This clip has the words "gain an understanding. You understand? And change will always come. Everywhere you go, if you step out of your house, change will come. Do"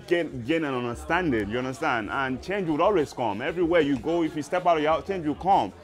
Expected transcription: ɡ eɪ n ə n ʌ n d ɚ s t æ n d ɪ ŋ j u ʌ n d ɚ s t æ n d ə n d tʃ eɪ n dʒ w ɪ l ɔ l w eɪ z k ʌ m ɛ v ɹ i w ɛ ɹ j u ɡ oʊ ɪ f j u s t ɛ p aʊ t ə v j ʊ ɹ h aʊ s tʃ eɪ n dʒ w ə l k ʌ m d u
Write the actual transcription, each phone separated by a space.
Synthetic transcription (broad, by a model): ɡ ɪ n ə n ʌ n d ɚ s t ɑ n d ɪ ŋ j u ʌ n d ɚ s t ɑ n d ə n tʃ eɪ n dʒ w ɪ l ɔ l w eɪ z k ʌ m ɛ v ɹ i w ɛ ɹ j u ɡ oʊ ɪ f j u s t ɛ p aʊ t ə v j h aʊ tʃ eɪ n dʒ w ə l k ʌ m